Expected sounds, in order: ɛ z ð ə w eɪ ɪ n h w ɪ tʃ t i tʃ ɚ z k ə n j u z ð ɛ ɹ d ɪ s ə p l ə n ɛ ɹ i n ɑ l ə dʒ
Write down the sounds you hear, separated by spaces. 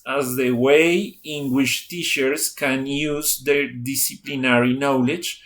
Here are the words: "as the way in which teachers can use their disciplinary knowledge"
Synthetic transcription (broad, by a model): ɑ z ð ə w eɪ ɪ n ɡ w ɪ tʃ t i ʃ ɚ s k ə n j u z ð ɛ ɹ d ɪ s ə p l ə n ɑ ɹ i n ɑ l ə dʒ